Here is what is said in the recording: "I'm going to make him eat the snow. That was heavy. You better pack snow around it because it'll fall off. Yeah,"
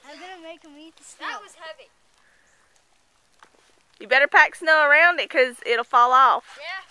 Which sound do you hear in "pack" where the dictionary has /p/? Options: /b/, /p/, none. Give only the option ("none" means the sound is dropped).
/p/